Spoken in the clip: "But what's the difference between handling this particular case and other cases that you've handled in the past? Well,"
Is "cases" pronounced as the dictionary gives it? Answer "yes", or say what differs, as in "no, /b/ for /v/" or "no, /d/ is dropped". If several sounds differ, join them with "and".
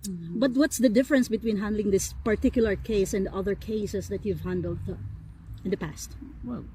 no, /s/ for /z/